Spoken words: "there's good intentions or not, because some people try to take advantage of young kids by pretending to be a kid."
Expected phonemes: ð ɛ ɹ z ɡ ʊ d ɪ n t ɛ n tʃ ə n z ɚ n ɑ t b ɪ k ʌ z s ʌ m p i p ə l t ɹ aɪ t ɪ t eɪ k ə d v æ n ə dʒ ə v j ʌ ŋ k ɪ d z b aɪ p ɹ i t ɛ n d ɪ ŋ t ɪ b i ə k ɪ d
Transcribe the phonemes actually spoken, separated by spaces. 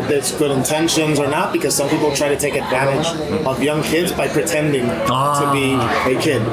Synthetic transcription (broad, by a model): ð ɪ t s ɡ ʊ d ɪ n t ɛ n ʃ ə n z ɚ n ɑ t b ɪ k ʌ z s ʌ m p i p l t ɹ aɪ t ɪ t eɪ k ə d v æ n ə dʒ ə v j ʌ ŋ k ɪ d z b aɪ p ɹ i t ɛ n d ɪ ŋ t ɪ b i ə k ɪ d